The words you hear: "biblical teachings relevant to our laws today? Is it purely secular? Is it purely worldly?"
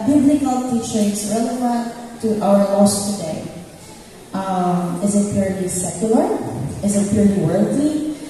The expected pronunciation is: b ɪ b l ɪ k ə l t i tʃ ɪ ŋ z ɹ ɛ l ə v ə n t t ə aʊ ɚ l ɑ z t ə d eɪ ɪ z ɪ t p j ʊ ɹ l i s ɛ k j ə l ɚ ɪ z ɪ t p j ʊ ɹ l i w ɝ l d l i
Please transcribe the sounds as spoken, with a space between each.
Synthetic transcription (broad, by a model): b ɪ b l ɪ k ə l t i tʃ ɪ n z ɹ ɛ l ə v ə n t t aʊ ɚ l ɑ s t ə d eɪ ɪ z ɪ t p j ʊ ɹ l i s ɛ k j ə l ɚ ɪ z ɪ t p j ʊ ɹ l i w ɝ l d i